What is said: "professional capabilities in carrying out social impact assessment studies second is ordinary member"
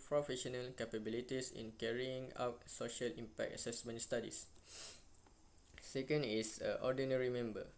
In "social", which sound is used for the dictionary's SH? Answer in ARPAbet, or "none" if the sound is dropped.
SH